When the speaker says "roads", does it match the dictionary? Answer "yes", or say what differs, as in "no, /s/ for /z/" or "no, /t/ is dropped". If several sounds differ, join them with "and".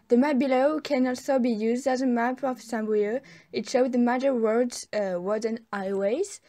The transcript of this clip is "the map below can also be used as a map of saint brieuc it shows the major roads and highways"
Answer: no, /w/ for /ɹ/